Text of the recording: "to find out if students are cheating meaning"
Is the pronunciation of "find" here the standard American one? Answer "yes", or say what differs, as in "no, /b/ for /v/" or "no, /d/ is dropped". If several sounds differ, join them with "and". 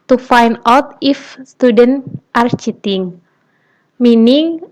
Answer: no, /d/ is dropped